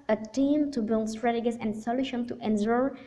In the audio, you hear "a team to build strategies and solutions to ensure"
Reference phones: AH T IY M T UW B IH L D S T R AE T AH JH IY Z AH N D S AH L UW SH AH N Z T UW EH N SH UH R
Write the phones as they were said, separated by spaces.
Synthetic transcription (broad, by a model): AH T IY M T UW B IH L D S T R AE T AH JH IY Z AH N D S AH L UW SH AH N T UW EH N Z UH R